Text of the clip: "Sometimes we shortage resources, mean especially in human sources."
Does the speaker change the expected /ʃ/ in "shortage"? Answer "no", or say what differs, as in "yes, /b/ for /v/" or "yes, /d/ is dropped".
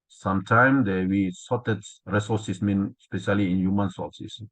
yes, /s/ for /ʃ/